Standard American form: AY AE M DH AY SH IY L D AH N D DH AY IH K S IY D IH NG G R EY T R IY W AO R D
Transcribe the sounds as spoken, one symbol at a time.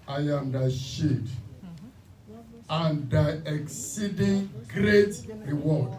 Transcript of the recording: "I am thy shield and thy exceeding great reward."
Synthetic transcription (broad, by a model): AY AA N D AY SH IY D AH N D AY IH K S IY D IH NG G R EY T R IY W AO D